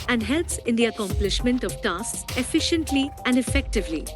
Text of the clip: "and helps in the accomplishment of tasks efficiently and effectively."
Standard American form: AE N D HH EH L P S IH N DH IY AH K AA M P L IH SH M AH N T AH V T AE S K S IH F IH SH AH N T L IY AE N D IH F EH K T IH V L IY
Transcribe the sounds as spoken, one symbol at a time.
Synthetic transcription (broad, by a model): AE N D HH EH L P S IH N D IY AH K AA M P L IH SH M AH N T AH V T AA S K S IH F IH SH AH N T L IY AE N D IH F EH K T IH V L IY